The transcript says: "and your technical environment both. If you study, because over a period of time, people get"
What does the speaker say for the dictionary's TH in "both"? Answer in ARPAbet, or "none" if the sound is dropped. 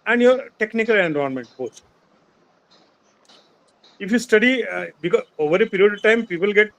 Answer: S